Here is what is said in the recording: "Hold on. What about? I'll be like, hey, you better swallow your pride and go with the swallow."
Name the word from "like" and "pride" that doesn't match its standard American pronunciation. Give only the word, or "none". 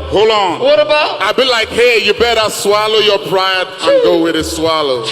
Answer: pride